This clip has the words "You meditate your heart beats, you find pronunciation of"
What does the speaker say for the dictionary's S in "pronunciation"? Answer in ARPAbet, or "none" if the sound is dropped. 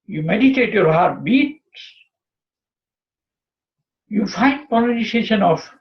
none